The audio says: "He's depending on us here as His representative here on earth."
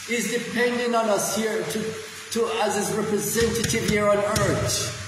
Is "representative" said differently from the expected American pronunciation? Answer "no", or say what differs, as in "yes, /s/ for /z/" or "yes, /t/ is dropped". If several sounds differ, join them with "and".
no